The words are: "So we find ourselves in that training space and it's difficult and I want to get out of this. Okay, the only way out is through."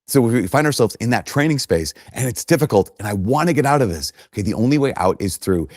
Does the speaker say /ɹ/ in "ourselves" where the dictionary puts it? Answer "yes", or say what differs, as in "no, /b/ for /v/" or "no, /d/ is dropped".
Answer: yes